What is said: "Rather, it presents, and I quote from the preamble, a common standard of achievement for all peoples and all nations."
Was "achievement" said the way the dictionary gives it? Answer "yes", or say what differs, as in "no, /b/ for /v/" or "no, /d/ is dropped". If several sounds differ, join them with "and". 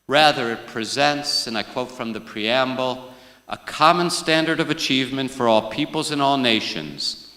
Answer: yes